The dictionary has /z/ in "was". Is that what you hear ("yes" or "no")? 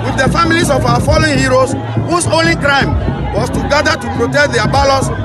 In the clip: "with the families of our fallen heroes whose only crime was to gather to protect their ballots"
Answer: no